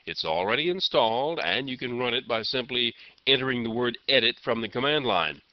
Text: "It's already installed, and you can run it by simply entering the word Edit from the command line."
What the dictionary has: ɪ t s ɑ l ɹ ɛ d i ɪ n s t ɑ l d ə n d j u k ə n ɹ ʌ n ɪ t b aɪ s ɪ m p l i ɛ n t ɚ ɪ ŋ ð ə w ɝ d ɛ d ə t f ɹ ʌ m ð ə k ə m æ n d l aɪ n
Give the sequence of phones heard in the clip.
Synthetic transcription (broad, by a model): ɪ t s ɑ l ɹ ɛ d i ɪ n s t ɑ l d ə n j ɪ k ə n ɹ ʌ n ɪ t b aɪ s ɪ m p l i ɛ t ɚ ɪ ŋ ð ə w ɝ d ɛ d ə t f ɹ ʌ m ð ə k ə m æ n d l aɪ n